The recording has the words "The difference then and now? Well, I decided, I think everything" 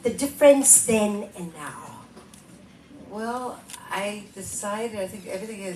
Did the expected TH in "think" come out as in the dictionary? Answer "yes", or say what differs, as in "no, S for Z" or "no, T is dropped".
yes